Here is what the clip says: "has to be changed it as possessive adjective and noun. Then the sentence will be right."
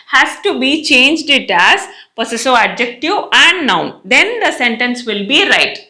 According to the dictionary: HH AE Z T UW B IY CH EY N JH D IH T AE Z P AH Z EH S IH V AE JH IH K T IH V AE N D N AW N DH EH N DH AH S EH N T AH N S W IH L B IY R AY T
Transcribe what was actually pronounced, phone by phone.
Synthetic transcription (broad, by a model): HH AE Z T UW B IY CH EY N JH D IH T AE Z P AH S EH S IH AE JH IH K T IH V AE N D N AW N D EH N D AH S EH N T AH N S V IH L B IY R AY T